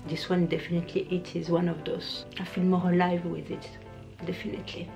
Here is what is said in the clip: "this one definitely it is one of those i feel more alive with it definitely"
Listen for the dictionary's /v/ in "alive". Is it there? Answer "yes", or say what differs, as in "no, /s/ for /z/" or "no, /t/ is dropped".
yes